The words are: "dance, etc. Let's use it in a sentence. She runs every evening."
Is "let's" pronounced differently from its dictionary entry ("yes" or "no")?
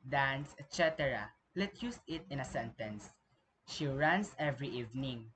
yes